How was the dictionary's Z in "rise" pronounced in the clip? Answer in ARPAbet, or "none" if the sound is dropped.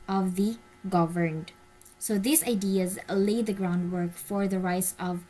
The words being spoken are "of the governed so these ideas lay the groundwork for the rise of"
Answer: S